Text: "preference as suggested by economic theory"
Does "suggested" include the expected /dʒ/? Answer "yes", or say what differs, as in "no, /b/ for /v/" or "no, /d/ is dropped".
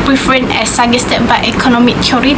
no, /dʒ/ is dropped